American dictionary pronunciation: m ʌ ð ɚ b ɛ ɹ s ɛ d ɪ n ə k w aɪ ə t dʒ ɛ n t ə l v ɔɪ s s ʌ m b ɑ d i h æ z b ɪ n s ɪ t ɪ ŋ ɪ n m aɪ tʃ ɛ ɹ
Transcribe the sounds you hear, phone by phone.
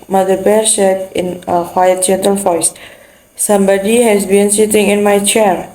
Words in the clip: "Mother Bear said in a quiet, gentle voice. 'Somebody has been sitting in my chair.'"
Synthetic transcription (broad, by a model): m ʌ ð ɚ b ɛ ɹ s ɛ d ɪ n ə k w aɪ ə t dʒ ɛ n t ə l f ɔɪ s s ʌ m b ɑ d i h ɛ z b ɪ n s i t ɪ ŋ ɪ n m aɪ tʃ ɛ ɹ